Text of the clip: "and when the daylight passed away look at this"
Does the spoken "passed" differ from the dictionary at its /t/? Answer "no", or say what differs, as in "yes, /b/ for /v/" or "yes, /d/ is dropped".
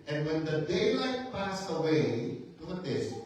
yes, /t/ is dropped